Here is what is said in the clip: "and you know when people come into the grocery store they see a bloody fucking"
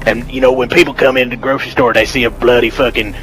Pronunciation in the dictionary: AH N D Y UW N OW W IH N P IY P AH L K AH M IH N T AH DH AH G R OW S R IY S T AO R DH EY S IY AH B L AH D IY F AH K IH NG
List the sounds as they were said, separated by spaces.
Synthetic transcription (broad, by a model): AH N Y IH N OW W IH N P IY P L K AH M IH N T AH G R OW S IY S T AO R DH EY S IY AH B L AH D IY F AH K IH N